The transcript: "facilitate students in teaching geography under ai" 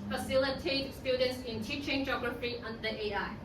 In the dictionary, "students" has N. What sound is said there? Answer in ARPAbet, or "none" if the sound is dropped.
N